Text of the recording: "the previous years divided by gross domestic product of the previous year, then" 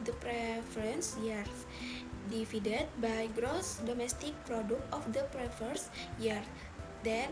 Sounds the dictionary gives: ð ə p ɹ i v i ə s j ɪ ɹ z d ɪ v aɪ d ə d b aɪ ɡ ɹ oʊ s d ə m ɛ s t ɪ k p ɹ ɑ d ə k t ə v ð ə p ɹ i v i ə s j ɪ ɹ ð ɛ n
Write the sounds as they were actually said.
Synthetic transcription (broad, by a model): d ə p ɹ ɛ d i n s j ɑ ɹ d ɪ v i d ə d b aɪ ɡ ɹ oʊ s d ə m ɛ s t ɪ k p ɹ ɑ d ə k t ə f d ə p ɹ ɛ f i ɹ s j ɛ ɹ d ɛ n